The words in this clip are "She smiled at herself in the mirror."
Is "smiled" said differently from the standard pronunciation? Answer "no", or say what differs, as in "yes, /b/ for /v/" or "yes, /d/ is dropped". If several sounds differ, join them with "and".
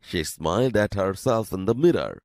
no